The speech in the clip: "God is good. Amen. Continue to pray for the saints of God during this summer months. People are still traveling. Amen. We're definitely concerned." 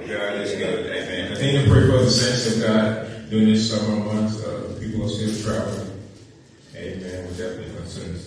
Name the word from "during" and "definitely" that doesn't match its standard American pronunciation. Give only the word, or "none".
during